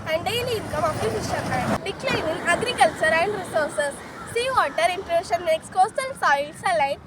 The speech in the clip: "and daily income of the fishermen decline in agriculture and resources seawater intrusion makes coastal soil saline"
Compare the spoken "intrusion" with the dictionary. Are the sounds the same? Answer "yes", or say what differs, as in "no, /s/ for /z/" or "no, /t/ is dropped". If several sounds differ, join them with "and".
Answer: no, /ʃ/ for /ʒ/